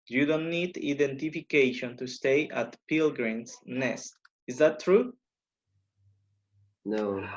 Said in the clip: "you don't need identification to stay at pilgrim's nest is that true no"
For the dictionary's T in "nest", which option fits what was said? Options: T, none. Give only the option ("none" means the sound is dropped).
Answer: T